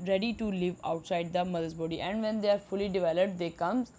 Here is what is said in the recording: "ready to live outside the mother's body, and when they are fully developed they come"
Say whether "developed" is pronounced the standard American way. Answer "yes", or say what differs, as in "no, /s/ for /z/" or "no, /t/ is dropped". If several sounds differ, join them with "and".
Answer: yes